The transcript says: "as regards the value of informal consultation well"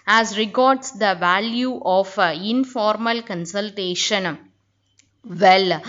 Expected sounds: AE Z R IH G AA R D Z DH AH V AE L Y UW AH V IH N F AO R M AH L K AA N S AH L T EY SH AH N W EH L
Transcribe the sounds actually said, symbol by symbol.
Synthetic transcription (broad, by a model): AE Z R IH G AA R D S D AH V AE L Y UW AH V IH N F AO R M AH L K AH N S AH L T EY SH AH N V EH L